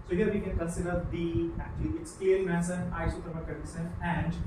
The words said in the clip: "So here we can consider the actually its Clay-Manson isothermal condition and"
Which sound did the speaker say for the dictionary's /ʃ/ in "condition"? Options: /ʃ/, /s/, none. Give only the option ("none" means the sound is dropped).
/s/